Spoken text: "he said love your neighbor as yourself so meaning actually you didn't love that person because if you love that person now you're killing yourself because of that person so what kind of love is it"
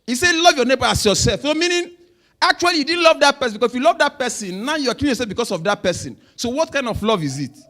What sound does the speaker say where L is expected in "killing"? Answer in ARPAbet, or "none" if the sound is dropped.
none